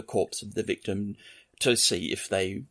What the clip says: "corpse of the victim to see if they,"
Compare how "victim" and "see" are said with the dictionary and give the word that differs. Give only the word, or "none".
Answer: none